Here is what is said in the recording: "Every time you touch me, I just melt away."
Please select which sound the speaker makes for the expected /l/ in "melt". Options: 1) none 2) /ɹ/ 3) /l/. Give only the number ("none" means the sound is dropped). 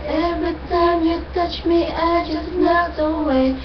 1